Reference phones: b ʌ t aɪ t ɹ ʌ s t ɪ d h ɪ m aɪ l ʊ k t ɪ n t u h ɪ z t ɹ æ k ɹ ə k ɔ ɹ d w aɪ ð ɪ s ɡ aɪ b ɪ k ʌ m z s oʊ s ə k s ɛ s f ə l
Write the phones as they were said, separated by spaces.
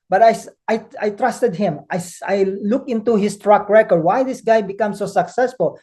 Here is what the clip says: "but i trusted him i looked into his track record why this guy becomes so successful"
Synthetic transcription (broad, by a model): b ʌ t aɪ t ɹ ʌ s t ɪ d h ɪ m aɪ l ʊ k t ɪ n t u h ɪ s t ɹ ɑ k ɹ ə k ɔ ɹ d w aɪ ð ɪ s ɡ aɪ b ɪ k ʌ m s oʊ s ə k s ɛ s f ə l